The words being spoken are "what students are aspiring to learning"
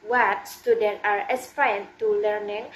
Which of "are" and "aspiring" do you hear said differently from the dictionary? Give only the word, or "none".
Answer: aspiring